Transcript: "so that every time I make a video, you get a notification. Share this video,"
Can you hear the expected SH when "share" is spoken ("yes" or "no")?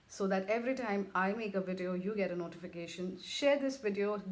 yes